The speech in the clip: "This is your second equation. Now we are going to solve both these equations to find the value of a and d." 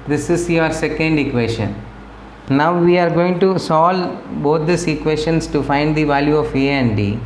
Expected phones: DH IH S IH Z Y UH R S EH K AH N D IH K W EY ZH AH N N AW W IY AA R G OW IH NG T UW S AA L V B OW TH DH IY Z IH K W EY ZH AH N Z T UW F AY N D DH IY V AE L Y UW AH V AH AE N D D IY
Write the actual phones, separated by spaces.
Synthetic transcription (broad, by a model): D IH S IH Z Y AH R S EH K AH N D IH K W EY SH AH N N AW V IY AA R G OW IH NG T UW S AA L B OW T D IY S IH K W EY SH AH N S T UW F AY N D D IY V AE L Y UW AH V AH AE N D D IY